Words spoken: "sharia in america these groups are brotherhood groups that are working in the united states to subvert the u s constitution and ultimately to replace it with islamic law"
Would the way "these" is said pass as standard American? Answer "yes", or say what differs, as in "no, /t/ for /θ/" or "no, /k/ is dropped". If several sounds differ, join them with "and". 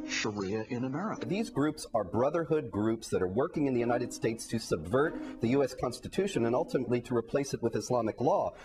yes